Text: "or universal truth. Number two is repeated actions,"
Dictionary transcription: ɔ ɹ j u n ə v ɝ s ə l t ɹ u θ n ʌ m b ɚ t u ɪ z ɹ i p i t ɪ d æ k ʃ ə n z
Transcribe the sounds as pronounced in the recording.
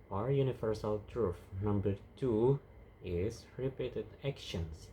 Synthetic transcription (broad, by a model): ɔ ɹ j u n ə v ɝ s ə l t ɹ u f n ʌ m b ɚ t u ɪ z ɹ i p i t ɪ d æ k ʃ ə n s